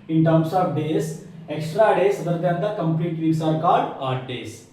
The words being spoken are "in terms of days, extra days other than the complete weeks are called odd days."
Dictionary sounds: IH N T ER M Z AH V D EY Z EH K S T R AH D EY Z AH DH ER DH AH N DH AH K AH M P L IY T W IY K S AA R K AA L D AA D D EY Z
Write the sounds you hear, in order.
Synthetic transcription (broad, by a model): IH N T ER M S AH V D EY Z EH K S T R AH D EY S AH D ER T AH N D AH K AH M P L IY T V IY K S AA R K AA L D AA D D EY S